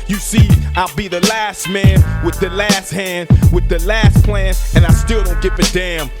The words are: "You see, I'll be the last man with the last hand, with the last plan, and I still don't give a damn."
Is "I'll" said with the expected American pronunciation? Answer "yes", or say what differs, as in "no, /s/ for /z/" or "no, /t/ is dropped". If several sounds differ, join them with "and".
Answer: yes